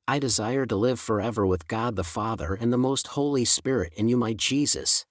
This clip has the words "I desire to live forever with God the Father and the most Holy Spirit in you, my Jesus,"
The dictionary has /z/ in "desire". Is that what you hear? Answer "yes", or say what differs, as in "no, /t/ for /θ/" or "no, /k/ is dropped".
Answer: yes